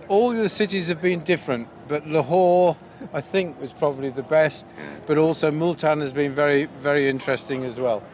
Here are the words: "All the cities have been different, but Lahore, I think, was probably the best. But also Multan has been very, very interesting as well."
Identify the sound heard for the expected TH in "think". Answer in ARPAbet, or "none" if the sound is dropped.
TH